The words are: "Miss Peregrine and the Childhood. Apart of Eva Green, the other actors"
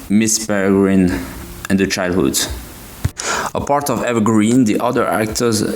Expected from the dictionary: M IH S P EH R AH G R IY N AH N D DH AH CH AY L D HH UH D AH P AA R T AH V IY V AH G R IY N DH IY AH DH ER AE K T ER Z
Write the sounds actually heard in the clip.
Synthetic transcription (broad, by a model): M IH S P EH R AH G R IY N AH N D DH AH CH AY L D HH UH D AH P AA R T AH V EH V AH G R IY N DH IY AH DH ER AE K T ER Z